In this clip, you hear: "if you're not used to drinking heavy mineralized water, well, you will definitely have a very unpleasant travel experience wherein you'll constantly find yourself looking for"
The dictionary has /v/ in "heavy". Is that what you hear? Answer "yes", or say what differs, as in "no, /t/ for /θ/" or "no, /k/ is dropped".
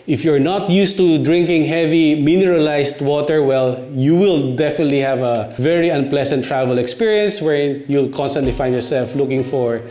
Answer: yes